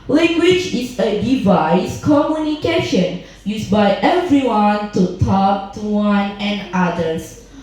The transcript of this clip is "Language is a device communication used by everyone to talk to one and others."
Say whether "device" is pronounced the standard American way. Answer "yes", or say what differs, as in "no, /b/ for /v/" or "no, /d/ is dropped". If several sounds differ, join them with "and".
yes